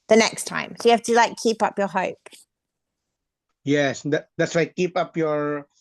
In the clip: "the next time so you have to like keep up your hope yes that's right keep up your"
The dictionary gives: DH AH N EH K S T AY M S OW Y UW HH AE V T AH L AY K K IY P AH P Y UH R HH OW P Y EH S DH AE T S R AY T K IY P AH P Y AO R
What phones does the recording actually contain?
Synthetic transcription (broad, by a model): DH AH N EH K S T AY M S OW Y HH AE F T AH L AY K K IY P AH P Y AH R HH OW P Y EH S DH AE T S W AY K IY P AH P Y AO R